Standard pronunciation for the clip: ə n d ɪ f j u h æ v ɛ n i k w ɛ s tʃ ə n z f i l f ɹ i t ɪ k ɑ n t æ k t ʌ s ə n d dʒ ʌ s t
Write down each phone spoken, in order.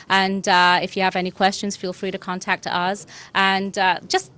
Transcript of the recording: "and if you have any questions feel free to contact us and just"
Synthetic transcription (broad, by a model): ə n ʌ ɪ f j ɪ v ɛ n i k w ɛ s tʃ ə n z f i l f ɹ i t ɪ k ɑ n t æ k t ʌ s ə n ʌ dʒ ʌ s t